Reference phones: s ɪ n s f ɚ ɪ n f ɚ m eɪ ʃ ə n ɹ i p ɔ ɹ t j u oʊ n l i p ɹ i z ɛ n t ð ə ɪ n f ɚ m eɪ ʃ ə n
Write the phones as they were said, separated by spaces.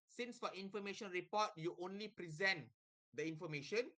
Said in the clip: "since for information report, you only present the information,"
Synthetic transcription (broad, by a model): s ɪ n s f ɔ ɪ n f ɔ m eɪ ʃ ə n ɹ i p ɔ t j u oʊ n l i p ɹ i z ɛ n t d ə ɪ n f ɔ m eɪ ʃ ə n